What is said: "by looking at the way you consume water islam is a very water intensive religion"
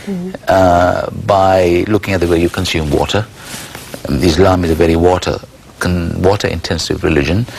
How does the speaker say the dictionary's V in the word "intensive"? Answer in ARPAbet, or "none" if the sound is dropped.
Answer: V